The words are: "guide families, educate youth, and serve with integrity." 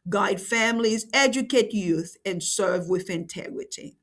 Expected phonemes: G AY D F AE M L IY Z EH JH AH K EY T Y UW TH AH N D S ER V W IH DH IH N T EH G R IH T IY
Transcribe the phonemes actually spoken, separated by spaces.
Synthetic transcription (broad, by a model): G AY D F AE M L IY Z EH JH AH K EY T Y UW TH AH N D S ER V W IH DH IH N T EH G R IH T IY